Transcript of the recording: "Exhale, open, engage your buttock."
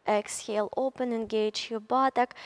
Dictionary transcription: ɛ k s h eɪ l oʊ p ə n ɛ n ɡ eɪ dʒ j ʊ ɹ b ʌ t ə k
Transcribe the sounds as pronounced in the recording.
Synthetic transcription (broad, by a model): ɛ k s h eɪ l oʊ p ə n ɛ n ɡ eɪ dʒ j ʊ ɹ b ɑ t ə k